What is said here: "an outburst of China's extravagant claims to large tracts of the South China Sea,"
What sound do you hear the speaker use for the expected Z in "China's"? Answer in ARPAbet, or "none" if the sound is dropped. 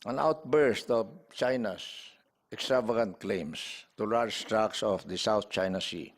S